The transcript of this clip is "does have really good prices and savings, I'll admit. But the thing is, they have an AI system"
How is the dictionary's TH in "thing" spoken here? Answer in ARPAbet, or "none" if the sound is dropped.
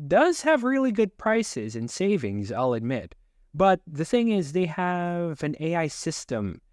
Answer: TH